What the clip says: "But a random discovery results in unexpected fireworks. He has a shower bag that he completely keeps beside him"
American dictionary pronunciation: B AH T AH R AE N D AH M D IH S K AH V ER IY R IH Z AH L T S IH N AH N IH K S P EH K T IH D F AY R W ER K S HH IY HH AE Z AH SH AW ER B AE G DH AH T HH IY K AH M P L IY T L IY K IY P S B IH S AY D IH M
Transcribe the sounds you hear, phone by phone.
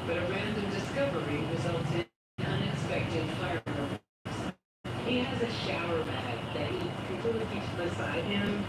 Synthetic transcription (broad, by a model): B AH T AH R AE N D AH M D IH S K AH V ER IY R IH Z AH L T IH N AH N IH K S P EH K T IH D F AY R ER S HH IY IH Z AH SH AW ER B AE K DH AH T HH IY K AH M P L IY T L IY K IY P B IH S AY D IH M